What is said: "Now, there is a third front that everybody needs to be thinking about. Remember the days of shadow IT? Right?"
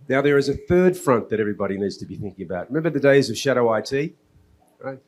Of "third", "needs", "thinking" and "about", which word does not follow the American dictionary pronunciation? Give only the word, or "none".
none